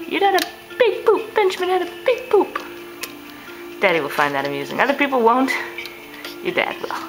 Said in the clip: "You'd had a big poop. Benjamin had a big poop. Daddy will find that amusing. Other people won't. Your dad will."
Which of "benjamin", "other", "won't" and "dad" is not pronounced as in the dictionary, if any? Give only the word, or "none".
benjamin